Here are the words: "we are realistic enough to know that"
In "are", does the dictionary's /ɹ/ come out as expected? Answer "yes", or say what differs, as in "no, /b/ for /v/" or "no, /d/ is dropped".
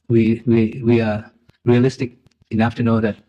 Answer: no, /w/ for /ɹ/